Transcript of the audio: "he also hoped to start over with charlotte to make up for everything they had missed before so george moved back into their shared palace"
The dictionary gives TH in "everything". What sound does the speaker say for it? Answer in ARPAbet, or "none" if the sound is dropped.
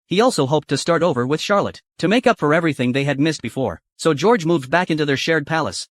TH